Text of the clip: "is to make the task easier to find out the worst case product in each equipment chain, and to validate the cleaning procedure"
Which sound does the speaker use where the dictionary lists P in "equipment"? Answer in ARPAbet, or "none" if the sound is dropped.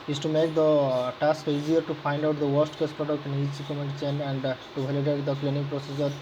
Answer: none